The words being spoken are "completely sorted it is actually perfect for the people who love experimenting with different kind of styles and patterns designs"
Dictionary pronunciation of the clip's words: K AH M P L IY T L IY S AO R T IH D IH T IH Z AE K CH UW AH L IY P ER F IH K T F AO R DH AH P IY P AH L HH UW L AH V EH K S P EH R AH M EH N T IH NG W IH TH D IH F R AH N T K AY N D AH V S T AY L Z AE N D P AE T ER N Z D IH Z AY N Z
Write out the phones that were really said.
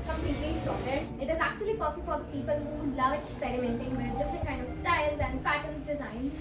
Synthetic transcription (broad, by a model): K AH M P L IY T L IY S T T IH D IH T IH Z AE K CH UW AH L IY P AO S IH F AO R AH P IY P AH L HH UW L AH V EH K S P EH R AH M EH N T IH NG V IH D D IH F R AH N T K AY N D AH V S T AY L Z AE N D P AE T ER L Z D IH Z AY N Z